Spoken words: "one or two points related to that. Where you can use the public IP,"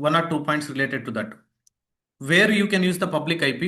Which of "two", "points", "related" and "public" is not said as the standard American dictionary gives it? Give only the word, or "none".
none